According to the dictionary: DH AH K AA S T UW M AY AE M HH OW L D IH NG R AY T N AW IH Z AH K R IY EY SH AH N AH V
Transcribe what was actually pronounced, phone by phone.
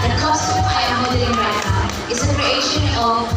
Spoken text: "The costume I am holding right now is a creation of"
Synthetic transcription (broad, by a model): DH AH K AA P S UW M AY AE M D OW D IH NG R AY T N AW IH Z AH K R IY EY SH AH N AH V